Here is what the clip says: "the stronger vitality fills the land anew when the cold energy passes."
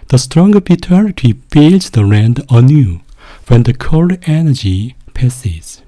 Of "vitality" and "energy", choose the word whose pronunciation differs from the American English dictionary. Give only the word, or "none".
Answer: vitality